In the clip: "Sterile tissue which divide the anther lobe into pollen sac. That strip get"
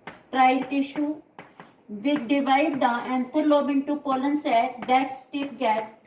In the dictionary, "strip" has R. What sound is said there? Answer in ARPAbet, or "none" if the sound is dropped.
none